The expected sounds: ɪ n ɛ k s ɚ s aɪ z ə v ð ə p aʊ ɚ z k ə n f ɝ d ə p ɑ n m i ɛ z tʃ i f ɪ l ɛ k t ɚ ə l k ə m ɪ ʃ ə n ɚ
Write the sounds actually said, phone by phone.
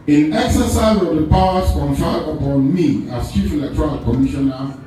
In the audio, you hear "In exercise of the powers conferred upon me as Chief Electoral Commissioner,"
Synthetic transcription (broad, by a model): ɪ n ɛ k s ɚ s aɪ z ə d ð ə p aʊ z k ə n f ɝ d ə p ɑ n m i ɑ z tʃ i f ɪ l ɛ k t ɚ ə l k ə m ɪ ʃ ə n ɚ